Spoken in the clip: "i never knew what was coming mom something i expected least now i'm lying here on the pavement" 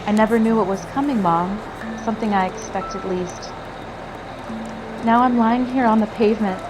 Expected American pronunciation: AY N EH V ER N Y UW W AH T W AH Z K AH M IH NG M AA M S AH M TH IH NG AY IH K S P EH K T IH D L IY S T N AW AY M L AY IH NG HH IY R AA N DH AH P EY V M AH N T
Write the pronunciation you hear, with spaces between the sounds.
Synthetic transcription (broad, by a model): AY N EH V ER N Y UW W AH T W AH Z K AH M IH NG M AA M S AH M TH IH NG AY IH K S P EH K T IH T L IY S T N AW AY M L AY IH NG HH IY R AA N DH AH P EY V M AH N T